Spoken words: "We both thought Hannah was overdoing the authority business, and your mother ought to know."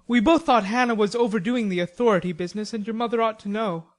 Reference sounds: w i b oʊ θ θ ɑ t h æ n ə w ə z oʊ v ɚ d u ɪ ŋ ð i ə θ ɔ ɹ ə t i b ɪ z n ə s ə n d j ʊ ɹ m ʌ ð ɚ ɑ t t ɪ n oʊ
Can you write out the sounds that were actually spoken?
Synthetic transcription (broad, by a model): w i b oʊ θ θ ɑ t h æ n ə w ə z oʊ v ɚ d u ɪ ŋ ð i ə θ ɔ ɹ ə t i b ɪ z n ə s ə n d j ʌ ɹ m ʌ ð ɚ ɑ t t ɪ n oʊ